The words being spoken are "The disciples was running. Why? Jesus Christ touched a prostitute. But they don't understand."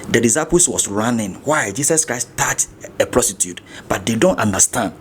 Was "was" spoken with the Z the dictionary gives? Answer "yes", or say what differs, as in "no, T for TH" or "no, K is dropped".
no, S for Z